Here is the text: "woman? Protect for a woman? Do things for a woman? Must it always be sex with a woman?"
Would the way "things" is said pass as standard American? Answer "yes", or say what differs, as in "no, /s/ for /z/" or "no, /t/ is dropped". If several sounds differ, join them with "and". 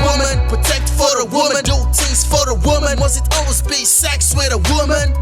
no, /t/ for /θ/ and /ŋ/ is dropped